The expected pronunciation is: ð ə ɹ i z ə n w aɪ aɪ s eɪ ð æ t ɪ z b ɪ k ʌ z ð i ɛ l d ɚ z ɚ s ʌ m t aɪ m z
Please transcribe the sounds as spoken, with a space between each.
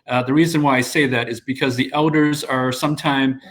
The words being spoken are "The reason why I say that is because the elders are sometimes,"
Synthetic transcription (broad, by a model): ð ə ɹ i z ə n w aɪ aɪ s eɪ ð æ t ɪ z b ɪ k ʌ z ð i ɛ l d ɚ z ɚ s ʌ m t aɪ m